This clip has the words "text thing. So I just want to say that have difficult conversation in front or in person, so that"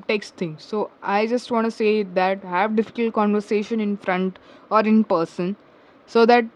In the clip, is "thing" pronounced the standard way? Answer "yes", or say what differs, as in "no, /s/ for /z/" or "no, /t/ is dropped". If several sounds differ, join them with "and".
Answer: no, /t/ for /θ/